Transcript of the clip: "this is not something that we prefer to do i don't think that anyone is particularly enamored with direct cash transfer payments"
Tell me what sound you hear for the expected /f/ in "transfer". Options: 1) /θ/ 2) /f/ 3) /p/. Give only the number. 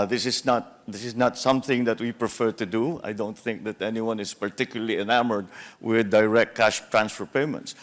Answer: 2